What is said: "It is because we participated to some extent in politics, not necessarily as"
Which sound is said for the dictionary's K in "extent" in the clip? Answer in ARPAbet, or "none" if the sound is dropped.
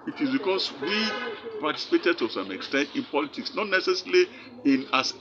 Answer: K